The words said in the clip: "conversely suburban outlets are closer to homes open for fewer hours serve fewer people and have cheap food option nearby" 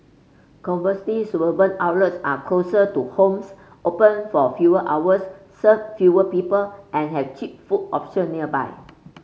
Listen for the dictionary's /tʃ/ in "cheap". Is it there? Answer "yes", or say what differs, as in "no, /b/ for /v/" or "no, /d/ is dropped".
yes